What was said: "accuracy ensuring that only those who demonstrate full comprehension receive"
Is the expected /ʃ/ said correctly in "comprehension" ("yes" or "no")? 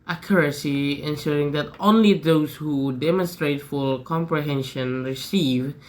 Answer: yes